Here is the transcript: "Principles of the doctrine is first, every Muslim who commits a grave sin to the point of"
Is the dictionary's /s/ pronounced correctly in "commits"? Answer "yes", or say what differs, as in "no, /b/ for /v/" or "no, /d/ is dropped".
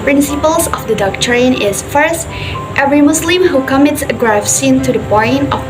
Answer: yes